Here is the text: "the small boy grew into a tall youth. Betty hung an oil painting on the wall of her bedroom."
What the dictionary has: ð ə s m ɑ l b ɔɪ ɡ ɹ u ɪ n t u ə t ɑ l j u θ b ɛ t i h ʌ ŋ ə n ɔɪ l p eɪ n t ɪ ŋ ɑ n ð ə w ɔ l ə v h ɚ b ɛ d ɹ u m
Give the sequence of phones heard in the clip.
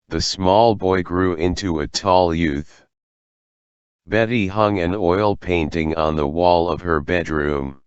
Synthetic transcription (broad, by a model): ð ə s m ɑ l b ɔɪ ɡ ɹ u ɪ n t u ə t ɑ l j u θ b ɛ t i h ʌ ŋ ə n ɔɪ l p eɪ n t ɪ ŋ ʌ n ð ə w ɔ l ə v ɚ b ɛ d ɹ u m